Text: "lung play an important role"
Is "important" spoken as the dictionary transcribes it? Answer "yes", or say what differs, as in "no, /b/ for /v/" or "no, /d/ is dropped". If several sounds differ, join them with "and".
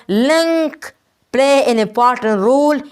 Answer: no, /m/ is dropped